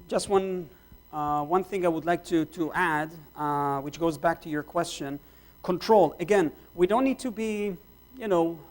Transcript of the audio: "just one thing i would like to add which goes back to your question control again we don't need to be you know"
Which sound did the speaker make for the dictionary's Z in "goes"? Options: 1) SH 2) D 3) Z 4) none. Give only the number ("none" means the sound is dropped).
3